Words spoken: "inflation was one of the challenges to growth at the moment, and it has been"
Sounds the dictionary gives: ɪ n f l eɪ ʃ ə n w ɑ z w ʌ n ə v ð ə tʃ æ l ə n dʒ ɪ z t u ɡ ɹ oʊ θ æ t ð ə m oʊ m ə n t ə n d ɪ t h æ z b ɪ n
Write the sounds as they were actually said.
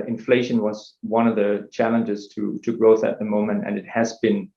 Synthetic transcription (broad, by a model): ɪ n f l eɪ ʃ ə n w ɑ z w ʌ n ə v ð ə tʃ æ l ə n dʒ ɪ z t u ɡ ɹ oʊ θ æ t ð ə m oʊ m ə n t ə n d ɪ t h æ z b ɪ n